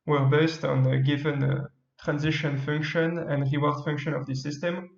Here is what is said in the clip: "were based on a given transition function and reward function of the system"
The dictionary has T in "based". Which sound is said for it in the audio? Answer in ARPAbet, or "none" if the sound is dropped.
T